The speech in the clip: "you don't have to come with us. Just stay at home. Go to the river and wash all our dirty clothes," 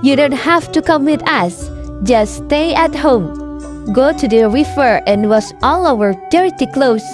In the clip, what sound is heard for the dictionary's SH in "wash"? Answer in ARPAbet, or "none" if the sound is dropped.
S